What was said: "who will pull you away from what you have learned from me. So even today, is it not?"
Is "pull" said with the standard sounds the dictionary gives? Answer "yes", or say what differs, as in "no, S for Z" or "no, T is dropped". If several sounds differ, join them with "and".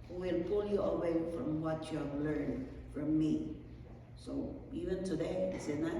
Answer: yes